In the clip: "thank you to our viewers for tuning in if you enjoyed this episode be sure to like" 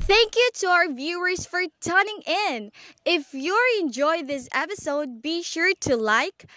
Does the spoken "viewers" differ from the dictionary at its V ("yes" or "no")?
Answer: no